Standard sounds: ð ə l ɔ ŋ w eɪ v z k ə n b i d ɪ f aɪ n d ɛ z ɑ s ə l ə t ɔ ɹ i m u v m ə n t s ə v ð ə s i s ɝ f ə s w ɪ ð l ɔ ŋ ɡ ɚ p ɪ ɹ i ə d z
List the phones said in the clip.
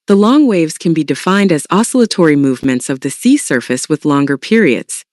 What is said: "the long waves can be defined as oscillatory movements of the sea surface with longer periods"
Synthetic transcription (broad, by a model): ð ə l ɔ ŋ w eɪ v z k ə n b i d ɪ f aɪ n d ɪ z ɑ s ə l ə t ɔ ɹ i m u v m ə n t s ə v ð ə s i s ɝ f ə s w ɪ ð l ɔ ŋ ɡ ɚ p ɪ ɹ i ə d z